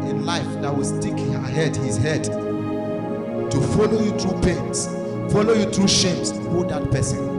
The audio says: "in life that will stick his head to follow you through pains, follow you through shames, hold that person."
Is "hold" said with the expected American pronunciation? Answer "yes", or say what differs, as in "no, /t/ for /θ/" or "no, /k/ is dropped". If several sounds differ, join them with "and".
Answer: no, /l/ is dropped